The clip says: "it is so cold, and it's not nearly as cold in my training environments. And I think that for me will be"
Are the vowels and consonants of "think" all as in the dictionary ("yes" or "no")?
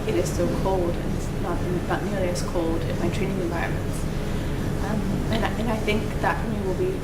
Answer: yes